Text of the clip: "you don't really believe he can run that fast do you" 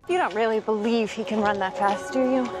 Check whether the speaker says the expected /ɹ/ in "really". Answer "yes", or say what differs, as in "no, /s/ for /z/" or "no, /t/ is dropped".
yes